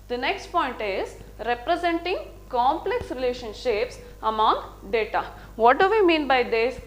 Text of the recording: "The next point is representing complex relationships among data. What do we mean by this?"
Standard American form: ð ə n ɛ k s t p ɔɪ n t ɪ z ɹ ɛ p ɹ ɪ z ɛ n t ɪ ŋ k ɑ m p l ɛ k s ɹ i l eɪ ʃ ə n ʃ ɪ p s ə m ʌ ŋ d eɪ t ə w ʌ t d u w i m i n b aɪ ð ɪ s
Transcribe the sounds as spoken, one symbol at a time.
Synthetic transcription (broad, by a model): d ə n ɛ k s t p ɔɪ n t ɪ z ɹ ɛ p ɹ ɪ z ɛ n t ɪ ŋ k ɑ m p l ɛ k s ɹ i l eɪ ʃ ə n ʃ ɪ p s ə m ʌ ŋ d eɪ t ə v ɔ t d u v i m i n b aɪ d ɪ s